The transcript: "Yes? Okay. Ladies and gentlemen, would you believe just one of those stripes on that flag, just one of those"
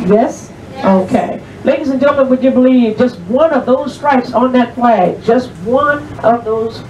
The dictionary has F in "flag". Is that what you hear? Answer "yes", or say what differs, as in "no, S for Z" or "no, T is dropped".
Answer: no, P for F